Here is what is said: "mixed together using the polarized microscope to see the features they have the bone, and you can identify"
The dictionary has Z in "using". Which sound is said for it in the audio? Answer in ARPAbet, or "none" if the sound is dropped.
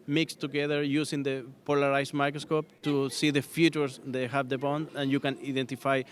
S